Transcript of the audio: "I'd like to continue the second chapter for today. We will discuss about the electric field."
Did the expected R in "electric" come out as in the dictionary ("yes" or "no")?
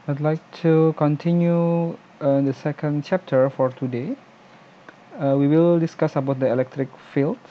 yes